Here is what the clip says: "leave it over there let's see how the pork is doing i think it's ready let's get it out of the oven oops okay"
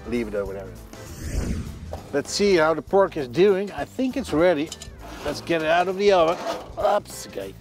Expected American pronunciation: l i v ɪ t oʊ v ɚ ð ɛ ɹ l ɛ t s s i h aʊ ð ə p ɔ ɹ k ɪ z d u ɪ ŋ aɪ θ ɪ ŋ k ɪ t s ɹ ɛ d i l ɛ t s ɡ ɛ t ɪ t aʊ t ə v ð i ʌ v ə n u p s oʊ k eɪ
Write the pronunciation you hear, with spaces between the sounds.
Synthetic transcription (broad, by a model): l i v ɪ t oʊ w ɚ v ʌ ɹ l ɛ t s s i h aʊ ð ə p ɔ ɹ k ɪ z d u ɪ ŋ aɪ θ ɪ ŋ k ɪ t s ɹ ɛ d i l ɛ t s ɡ ɛ t ɪ t aʊ t ə v ð i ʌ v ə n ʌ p s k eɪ